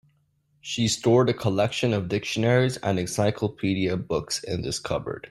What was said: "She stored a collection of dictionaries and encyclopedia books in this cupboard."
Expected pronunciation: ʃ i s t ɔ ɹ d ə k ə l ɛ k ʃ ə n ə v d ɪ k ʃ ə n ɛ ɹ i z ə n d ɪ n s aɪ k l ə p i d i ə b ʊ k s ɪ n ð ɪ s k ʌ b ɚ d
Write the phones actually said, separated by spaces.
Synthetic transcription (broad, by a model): ʃ i s t ɔ ɹ d ə k ə l ɛ k ʃ ə n ə v d ɪ k ʃ ə n ɛ ɹ i z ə n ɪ s aɪ k l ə p i d i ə b ʊ k s ɪ n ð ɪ s k ʌ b ɚ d